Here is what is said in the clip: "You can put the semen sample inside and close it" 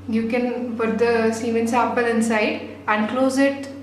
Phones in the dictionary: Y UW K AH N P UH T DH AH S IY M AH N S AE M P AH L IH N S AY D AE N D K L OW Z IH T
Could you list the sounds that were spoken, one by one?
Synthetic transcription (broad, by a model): Y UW K AH N F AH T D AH S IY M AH N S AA P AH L IH N S AY D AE N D K L OW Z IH T